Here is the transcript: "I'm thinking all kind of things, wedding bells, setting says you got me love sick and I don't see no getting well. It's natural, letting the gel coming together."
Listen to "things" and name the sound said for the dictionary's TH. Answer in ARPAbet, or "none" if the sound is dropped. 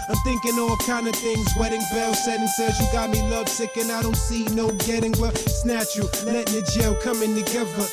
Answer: TH